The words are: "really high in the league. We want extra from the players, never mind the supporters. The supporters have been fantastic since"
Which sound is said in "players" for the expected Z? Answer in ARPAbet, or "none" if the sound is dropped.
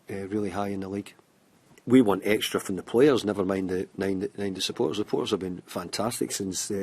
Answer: Z